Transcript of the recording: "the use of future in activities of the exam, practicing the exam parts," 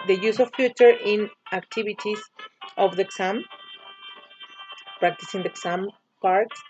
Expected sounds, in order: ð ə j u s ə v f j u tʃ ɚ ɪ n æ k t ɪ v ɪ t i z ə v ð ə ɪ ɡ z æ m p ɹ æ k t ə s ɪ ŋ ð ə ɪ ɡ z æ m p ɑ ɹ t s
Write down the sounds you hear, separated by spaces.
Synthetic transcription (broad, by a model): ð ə j u s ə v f j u tʃ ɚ ɪ n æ k t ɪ b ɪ t i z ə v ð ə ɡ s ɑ m p ɹ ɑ k t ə s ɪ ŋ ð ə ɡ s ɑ m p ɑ ɹ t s